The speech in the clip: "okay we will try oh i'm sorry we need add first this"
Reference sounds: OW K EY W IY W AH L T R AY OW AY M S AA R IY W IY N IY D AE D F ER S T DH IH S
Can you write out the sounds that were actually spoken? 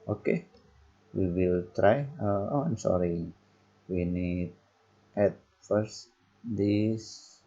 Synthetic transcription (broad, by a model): OW K EY W IY W AH L T R AY OW AY M S AA R IY W IY N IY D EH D F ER S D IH S